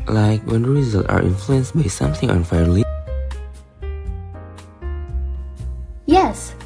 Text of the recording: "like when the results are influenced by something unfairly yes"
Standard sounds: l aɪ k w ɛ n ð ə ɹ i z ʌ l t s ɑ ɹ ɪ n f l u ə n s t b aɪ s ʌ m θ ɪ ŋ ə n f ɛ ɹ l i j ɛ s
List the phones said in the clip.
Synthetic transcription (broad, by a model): l aɪ k w ɛ n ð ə ɹ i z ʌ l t ɑ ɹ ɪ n f l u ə n s b aɪ s ʌ m θ ɪ ŋ ə n f ɛ ɹ l i j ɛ s